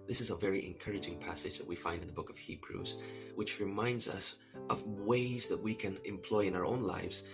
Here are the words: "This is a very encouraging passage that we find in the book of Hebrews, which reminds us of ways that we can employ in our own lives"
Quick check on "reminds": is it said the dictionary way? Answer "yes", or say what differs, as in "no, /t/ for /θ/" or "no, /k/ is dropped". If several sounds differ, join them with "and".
yes